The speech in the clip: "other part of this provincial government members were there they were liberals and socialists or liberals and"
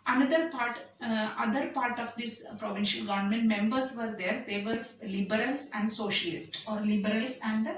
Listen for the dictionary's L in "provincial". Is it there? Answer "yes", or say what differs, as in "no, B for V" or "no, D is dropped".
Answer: yes